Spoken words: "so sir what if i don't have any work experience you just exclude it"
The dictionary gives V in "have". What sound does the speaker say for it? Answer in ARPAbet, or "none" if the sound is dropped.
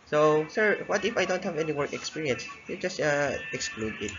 V